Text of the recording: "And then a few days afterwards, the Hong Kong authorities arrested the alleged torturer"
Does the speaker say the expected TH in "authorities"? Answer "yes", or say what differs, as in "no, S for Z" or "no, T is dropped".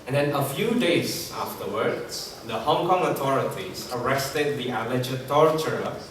no, T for TH